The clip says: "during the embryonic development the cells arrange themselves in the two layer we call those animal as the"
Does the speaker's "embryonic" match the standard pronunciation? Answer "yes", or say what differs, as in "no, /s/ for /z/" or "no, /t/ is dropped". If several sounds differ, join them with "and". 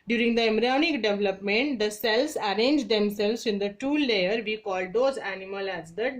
no, /b/ is dropped